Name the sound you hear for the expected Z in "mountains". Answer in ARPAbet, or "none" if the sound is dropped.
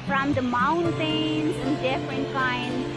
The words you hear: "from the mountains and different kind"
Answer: S